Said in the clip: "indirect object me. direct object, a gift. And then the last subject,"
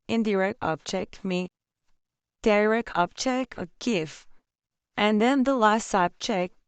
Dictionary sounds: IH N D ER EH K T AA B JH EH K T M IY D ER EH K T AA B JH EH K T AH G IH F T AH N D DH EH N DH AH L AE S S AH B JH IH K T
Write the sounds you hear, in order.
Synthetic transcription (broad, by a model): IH N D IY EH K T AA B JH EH K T M IY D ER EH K AA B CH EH K AH G IH F T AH N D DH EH N DH AH L AE S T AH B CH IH K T